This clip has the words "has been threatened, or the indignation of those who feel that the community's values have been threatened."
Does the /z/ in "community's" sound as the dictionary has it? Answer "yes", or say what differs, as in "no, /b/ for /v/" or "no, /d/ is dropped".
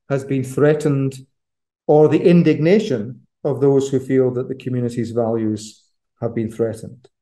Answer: yes